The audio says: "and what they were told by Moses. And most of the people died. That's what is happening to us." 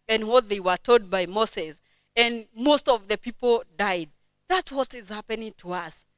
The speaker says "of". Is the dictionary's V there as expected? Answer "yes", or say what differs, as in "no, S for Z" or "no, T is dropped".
yes